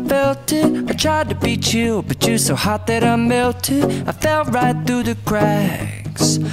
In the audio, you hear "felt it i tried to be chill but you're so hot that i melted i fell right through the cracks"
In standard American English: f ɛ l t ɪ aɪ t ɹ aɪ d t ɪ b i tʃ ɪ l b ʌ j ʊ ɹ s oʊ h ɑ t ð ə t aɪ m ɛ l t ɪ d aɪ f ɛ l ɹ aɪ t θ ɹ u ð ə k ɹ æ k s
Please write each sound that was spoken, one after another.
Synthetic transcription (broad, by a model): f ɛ l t ɪ aɪ t ɹ aɪ d t ɪ b i tʃ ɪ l b ʌ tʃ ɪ s oʊ h ɑ t ð ə t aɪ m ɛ l t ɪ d aɪ f ɛ l ɹ aɪ t θ ɹ u ð ə k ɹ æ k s